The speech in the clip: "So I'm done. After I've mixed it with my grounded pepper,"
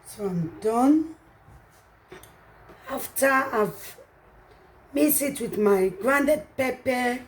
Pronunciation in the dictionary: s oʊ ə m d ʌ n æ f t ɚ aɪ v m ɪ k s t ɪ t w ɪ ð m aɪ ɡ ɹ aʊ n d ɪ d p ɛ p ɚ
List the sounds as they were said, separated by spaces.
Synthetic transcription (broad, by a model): s oʊ ə m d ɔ n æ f t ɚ aɪ v m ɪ s ɪ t w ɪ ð m aɪ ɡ ɹ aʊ n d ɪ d p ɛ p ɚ